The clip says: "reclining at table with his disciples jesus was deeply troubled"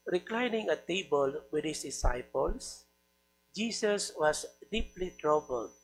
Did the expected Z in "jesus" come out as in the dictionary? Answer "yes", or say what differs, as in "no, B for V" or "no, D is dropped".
no, S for Z